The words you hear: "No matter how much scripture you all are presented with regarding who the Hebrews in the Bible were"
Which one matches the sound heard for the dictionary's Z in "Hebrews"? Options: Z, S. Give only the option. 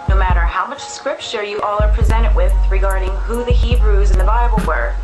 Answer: Z